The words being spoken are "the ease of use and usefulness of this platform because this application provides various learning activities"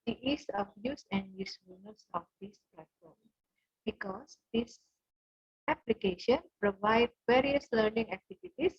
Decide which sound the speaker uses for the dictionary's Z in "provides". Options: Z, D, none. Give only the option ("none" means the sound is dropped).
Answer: none